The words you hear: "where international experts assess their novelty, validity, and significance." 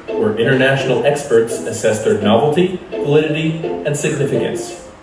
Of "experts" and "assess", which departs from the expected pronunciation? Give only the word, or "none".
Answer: none